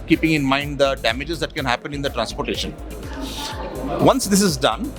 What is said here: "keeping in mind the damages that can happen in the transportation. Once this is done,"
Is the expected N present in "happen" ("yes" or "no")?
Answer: yes